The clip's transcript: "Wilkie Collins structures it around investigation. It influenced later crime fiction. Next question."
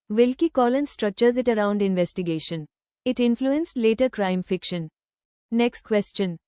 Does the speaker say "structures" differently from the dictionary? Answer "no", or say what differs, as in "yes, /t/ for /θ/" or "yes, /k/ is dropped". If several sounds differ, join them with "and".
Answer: no